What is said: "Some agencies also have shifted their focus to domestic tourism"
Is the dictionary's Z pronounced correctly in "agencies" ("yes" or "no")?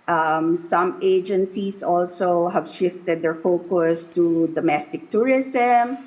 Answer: no